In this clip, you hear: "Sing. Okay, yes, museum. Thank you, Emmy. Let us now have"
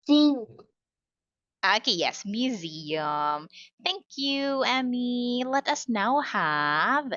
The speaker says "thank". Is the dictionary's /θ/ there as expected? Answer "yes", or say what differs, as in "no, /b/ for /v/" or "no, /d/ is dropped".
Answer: yes